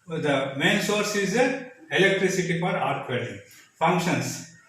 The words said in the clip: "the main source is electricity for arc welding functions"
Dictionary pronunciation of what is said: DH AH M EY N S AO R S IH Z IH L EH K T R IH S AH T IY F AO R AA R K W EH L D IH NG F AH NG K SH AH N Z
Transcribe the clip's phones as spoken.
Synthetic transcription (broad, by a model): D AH M EY N S AO R S IH Z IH L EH K T R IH S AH T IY F AO R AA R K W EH D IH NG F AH NG K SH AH N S